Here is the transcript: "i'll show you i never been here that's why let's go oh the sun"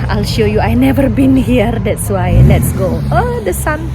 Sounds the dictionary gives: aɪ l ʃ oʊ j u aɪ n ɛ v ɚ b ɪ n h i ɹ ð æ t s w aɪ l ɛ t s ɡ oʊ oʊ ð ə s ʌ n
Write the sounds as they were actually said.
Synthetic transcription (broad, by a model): aɪ l ʃ oʊ j u aɪ n ɛ v ɚ b ɪ n h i ɹ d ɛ t s w aɪ l ɛ t s ɡ oʊ oʊ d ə s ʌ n